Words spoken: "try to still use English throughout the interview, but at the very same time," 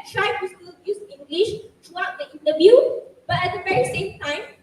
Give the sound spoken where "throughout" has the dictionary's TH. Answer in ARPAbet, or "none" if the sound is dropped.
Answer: T